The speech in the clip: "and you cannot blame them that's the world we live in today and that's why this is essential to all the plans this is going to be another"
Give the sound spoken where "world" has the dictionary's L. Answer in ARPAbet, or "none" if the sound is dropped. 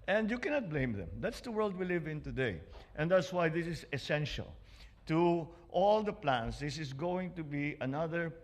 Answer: L